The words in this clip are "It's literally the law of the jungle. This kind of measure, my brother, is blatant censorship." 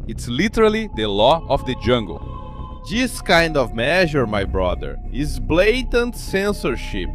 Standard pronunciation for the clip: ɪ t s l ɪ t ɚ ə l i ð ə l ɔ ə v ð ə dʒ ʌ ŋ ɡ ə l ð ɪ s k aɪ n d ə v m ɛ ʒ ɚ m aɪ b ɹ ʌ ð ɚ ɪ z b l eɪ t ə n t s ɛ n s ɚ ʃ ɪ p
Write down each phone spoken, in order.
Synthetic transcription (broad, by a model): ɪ t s l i t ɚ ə l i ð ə l ɔ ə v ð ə dʒ ʌ ŋ ɡ ə l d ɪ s k aɪ n d ə v m ɛ ʒ ɚ m aɪ b ɹ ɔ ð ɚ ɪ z b l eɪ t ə n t s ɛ n s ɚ ʃ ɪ p